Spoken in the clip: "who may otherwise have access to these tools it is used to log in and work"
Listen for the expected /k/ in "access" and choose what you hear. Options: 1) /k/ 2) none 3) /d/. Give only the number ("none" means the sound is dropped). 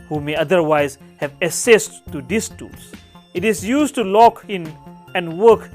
2